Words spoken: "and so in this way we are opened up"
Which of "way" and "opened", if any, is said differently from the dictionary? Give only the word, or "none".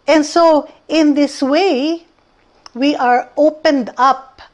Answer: none